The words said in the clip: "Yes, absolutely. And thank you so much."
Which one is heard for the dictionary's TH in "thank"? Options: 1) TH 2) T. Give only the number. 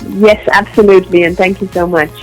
1